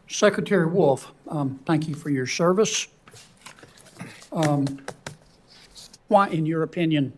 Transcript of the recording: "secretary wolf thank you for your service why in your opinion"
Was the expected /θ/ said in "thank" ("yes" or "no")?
yes